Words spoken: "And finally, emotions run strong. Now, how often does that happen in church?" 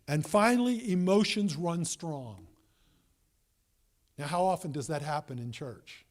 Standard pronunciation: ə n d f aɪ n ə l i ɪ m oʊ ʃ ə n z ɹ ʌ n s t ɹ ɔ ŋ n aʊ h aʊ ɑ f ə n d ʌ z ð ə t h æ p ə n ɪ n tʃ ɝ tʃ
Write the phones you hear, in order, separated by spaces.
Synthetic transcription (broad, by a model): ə n f aɪ n l i ɪ m oʊ ʃ ə n z ɹ ʌ n s t ɹ ɔ ŋ n aʊ h aʊ ɑ f ə n d ʌ z ð ə t h æ p ə n ɪ n tʃ ɝ tʃ